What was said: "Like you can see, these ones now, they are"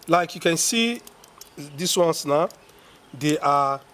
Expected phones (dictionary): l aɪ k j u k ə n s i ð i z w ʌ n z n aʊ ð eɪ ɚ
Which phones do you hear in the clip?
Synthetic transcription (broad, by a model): l aɪ k j u k ə n s i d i s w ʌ n s n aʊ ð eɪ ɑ